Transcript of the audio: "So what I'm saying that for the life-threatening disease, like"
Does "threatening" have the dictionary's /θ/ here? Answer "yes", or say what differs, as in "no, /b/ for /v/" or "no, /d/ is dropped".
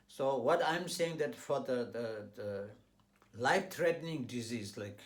no, /t/ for /θ/